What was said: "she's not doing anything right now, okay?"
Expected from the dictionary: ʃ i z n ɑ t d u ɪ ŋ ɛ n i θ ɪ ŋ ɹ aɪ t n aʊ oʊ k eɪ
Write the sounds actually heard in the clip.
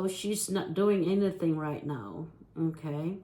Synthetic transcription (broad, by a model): ʃ i z n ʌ t d u ɪ ŋ ɛ n i θ ɪ ŋ ɹ aɪ t n aʊ oʊ k eɪ